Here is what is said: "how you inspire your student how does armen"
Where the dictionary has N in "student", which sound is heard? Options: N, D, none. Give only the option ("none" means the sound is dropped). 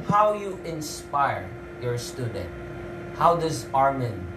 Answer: N